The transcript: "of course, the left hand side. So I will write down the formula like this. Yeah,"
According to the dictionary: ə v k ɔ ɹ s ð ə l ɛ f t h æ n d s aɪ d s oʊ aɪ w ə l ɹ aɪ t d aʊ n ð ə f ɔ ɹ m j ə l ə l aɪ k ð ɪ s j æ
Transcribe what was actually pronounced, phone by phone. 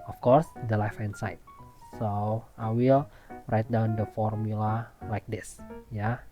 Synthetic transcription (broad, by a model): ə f k ɔ ɹ s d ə l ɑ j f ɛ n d s aɪ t s oʊ aɪ w ə l ɹ aɪ t d aʊ n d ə f ɔ ɹ m j ə l ə l aɪ k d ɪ s j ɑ